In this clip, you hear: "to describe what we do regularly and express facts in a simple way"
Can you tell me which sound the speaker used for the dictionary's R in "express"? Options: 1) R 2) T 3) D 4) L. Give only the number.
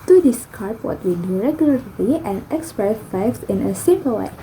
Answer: 1